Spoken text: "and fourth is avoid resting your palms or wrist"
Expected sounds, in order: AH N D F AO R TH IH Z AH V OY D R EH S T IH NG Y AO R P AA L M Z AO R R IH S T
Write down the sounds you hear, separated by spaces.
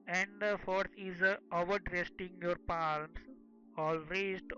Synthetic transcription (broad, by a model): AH N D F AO R T IH Z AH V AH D R EH S T IH NG Y AO R P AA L M S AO L R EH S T